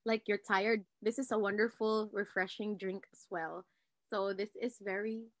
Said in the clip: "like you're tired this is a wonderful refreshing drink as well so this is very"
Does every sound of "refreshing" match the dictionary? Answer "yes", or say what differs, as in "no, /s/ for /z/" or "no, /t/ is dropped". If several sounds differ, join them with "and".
yes